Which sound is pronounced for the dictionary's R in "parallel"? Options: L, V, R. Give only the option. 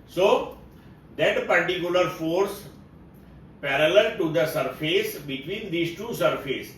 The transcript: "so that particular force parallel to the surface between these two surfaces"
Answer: R